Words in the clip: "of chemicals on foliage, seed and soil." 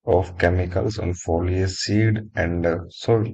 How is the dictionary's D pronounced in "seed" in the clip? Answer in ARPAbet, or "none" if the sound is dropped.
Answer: D